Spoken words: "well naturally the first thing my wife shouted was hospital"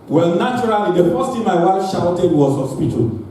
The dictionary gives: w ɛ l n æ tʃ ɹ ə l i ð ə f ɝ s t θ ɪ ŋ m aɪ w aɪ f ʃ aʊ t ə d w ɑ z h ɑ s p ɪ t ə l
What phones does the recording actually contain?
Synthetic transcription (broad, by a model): w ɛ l n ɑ tʃ ɹ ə l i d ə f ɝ s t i m aɪ w aɪ f ʃ aʊ t ə d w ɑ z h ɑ s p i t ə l